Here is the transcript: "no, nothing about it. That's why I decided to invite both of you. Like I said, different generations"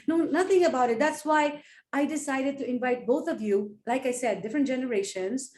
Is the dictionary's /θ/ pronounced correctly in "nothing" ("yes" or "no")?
no